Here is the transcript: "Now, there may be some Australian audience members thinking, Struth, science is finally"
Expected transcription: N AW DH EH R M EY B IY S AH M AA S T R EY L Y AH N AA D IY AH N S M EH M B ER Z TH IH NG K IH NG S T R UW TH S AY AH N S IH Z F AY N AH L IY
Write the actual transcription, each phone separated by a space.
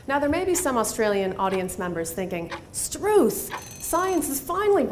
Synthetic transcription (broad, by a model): N AW DH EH R M EY B IY S AH M AA S T R EY L Y AH N AA D IY AH N S M EH M B ER Z TH IH NG K IH NG S T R UW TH S AY AH N S IH Z F AY N L IY